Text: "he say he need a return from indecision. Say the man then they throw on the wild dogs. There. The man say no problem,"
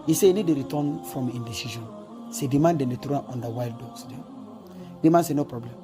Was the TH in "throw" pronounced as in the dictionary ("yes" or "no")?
no